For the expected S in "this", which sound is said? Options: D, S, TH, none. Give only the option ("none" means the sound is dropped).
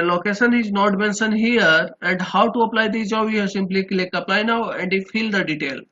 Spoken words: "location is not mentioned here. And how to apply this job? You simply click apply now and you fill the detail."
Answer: none